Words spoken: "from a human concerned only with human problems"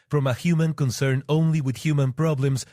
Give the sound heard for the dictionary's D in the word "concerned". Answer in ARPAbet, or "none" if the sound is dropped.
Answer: none